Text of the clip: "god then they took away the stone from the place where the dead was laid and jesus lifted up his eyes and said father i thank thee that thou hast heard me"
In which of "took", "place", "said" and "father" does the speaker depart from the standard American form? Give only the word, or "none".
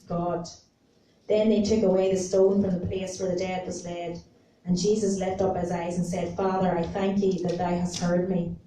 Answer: none